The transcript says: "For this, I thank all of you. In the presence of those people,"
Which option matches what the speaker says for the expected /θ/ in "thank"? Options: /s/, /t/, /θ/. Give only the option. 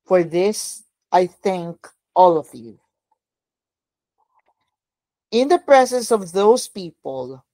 /θ/